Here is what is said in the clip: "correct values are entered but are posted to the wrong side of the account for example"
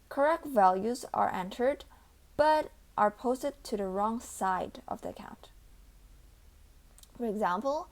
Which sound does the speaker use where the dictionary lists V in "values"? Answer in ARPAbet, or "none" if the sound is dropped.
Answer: V